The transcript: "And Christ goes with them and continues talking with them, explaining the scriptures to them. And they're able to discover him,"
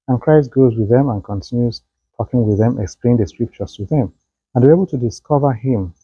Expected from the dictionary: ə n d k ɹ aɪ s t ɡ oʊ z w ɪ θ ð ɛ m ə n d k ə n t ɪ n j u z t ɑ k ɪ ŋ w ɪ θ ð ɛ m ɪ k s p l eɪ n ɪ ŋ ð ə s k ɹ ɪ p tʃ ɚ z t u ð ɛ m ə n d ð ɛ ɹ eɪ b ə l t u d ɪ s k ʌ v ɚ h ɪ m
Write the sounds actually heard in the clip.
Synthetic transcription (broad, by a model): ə n k ɹ aɪ s t ɡ oʊ z w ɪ ð ɛ m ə n k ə n t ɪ n j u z t ɑ k ɪ ŋ w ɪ ð ɛ m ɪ k s p l eɪ ɪ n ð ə s k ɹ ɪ p tʃ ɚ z t u ð ɛ m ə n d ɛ eɪ b ə l t u d ɪ s k ʌ v ɚ h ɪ m